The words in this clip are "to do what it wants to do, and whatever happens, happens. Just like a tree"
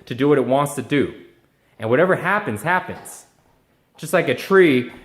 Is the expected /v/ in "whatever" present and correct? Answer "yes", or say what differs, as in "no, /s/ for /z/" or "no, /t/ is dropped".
yes